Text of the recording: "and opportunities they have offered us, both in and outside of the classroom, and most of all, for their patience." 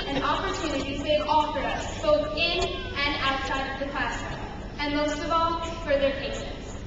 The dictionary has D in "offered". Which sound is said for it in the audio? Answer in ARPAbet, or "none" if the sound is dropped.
none